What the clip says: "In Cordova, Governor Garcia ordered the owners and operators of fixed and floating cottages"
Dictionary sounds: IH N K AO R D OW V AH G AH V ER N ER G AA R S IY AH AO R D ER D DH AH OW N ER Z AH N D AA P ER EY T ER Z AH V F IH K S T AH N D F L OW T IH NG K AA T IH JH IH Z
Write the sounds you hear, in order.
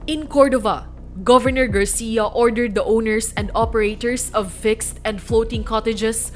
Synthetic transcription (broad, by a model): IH N K AO R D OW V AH G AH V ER N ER G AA R S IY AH AO R D ER D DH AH OW N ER S AH N D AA P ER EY T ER S AH V F IH K S T AH N D F L OW T IH NG K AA T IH JH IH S